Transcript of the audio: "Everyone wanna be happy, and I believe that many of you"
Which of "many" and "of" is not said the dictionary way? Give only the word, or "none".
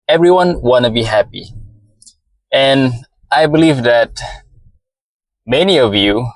none